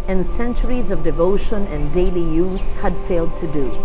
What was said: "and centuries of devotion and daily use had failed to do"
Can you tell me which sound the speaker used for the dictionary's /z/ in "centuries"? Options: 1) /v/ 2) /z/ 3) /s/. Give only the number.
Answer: 2